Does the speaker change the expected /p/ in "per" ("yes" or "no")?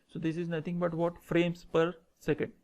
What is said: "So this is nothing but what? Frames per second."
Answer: no